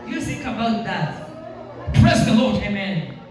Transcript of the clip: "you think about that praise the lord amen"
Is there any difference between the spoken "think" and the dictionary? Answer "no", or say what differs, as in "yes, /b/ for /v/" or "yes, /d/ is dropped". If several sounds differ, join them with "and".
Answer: yes, /s/ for /θ/ and /ŋ/ is dropped